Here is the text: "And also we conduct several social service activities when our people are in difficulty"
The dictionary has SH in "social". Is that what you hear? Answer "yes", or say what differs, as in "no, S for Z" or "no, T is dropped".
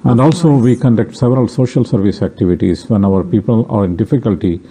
yes